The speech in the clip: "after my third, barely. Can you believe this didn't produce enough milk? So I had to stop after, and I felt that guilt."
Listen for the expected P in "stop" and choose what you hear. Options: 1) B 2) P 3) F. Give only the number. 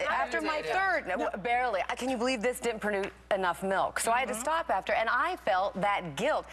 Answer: 2